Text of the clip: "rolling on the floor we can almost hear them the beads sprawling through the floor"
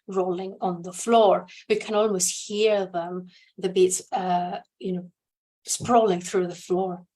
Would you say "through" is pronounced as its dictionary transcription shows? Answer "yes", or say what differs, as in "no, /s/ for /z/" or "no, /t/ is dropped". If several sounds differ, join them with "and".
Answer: yes